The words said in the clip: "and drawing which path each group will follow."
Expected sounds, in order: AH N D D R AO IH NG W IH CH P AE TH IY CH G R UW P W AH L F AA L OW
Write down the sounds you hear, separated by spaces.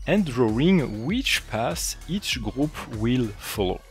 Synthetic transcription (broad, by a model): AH N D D R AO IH NG W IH CH P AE S IY CH G R UW P W AH L F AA L OW